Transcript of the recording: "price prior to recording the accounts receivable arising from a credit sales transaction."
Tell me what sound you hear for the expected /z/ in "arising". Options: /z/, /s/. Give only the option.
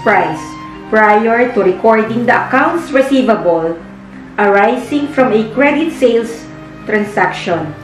/s/